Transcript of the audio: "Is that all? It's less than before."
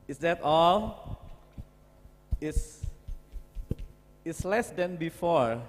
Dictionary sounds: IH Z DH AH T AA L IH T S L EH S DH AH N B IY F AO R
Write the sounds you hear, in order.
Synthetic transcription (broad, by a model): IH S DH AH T AA L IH S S L EH S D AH N B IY F AO R